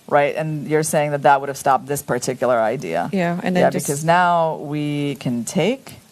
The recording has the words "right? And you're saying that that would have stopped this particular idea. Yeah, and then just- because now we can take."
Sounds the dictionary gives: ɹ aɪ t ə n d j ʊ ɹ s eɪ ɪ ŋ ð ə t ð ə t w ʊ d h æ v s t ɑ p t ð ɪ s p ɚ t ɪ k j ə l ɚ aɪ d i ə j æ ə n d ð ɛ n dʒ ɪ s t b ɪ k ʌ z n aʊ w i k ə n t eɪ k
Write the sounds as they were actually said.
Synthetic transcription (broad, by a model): ɹ aɪ t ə n j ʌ ɹ s eɪ ɪ ŋ ð ə t ð ə t w ʊ d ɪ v s t ɑ p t ð ɪ s p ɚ t ɪ k j l ɚ aɪ d i ə j æ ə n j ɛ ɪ b ɪ k ʌ z n aʊ w i k ə n t eɪ k